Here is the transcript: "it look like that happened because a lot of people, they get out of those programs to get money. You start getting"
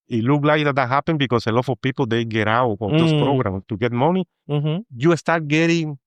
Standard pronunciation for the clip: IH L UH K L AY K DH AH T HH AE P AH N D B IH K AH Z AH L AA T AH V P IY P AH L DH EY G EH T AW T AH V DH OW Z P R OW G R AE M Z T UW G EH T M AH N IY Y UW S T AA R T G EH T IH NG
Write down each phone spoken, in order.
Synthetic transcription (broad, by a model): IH L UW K L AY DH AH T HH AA P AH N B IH K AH S AH L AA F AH P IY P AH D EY G EH T AW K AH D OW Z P R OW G R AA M T UW G EH T M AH N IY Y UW S T AA R T G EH T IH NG